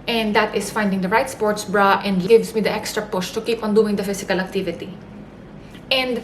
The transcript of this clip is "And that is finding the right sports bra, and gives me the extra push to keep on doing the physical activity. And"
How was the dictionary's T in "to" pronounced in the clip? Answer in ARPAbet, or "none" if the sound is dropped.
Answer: T